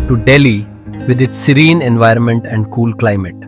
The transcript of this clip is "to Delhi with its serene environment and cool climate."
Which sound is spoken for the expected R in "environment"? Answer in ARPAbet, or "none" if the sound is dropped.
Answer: R